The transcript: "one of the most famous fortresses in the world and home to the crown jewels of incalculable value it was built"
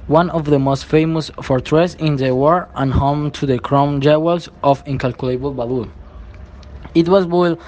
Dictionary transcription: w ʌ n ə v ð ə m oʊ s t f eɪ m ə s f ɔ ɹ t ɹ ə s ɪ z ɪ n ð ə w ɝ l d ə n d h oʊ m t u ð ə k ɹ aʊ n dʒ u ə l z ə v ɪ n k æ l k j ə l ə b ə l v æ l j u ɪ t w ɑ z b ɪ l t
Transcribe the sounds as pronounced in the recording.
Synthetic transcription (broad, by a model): w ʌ n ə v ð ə m oʊ s t f eɪ m ə s f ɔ ɹ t ɹ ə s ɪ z ɪ n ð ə w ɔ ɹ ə n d h oʊ m t u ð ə k ɹ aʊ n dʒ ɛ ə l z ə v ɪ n k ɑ l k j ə l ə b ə l b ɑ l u ɪ t w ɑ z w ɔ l